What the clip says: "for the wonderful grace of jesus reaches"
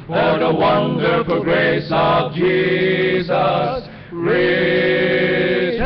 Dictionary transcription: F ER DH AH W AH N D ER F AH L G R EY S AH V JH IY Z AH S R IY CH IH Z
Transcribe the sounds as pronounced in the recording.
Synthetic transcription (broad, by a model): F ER DH AH W AH N D ER F AH L G R EY S AH V JH IY Z AH S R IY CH